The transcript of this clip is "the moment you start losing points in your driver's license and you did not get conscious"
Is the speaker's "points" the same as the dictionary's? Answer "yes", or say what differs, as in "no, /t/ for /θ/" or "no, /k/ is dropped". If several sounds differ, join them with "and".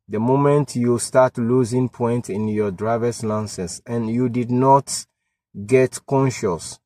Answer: no, /s/ is dropped